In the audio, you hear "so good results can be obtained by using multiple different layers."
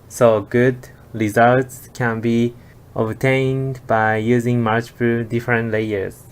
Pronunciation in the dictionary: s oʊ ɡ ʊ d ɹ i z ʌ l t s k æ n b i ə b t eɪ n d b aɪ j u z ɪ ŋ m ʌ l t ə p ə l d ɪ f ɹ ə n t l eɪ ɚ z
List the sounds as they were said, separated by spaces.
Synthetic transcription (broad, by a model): s oʊ ɡ ʊ d ɹ i z ʌ l t s k æ n b i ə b t eɪ n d b aɪ j u z ɪ ŋ m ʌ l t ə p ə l d ɪ f ɹ ə n t l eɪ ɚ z